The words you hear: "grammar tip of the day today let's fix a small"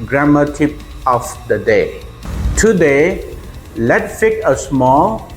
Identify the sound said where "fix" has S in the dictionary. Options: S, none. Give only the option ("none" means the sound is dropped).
none